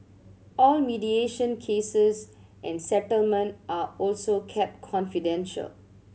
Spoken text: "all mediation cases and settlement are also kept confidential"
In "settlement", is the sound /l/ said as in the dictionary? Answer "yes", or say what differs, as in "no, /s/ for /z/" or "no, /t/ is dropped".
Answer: yes